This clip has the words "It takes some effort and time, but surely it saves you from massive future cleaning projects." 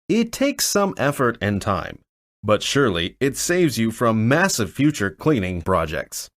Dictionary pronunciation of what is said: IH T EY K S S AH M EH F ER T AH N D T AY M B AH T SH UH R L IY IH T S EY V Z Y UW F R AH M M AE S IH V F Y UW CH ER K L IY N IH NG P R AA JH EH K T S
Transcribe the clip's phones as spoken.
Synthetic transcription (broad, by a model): IH T EY K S S AH M EH F ER T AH N T AY M B AH T SH UH R L IY IH T S EY V Z Y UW F R AH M M AE S IH V F Y UW CH ER K L IY N IH NG P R AA JH EH K T S